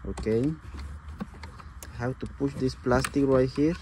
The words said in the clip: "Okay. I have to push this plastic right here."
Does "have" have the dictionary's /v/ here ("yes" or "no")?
no